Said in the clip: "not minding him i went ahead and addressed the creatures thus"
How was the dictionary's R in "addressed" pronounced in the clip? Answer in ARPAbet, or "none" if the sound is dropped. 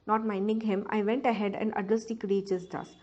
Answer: none